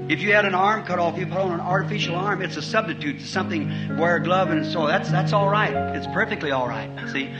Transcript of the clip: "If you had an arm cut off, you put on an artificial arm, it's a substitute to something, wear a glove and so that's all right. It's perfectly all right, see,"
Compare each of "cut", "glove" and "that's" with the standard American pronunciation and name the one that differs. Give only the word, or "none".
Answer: none